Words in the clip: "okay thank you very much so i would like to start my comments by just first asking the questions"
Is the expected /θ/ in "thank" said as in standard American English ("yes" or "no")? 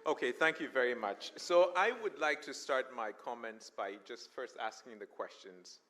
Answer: yes